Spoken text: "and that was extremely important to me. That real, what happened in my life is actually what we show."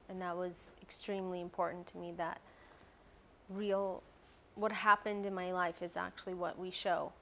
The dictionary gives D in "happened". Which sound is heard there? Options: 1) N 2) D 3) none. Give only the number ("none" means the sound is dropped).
2